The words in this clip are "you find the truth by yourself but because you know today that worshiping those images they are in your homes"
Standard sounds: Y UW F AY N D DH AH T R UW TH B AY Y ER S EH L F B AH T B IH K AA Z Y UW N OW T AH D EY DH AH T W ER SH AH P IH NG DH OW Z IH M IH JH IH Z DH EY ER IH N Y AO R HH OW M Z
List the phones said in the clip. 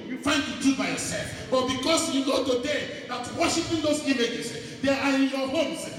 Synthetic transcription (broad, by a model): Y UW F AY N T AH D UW B AY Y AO S EH L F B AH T B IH K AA S Y UW N OW T AH D EY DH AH T W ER SH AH P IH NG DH OW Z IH M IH JH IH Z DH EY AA IH N Y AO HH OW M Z